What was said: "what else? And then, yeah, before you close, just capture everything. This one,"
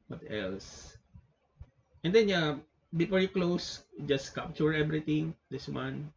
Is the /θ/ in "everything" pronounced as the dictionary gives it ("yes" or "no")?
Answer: no